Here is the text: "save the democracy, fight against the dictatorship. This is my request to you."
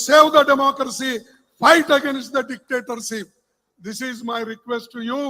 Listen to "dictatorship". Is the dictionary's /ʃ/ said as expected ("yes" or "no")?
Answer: no